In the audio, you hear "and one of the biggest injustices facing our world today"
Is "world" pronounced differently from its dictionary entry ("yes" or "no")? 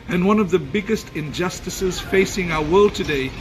no